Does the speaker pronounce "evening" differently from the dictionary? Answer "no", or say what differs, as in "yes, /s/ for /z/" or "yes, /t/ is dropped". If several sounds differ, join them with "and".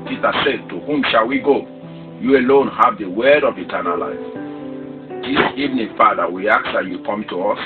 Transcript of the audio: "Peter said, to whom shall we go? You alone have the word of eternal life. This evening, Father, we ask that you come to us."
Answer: no